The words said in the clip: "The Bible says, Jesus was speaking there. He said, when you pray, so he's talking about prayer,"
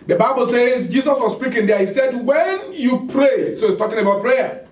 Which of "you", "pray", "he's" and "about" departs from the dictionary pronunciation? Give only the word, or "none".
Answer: he's